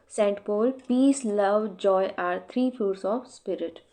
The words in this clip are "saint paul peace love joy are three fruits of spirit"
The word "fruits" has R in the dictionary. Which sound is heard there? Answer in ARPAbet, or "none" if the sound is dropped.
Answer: none